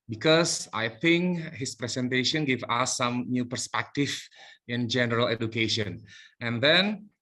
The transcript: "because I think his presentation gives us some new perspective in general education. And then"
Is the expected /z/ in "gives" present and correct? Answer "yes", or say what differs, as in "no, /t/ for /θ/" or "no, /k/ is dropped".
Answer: no, /z/ is dropped